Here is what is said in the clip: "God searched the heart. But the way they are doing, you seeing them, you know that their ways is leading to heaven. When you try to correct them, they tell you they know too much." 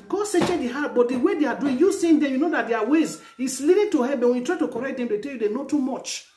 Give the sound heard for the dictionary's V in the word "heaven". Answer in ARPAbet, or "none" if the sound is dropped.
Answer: B